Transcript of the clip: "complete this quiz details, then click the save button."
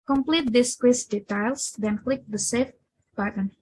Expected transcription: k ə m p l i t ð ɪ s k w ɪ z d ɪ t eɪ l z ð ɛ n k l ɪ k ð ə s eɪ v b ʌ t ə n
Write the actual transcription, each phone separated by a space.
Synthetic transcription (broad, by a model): k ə m p l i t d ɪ s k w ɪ s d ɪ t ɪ l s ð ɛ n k l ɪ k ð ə s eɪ f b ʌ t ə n